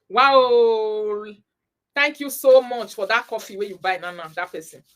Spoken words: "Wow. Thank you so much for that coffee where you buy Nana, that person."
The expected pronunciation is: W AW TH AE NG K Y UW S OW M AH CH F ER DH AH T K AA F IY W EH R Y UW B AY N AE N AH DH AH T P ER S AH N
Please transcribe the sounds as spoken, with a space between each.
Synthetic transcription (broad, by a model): W AW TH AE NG K Y UW S OW M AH CH F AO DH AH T K AA F IY W EH Y UW B AY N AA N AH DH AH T P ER S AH N